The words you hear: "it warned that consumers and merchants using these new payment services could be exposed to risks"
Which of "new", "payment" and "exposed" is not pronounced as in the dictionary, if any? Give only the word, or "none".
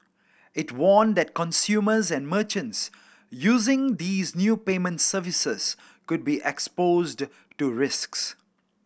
none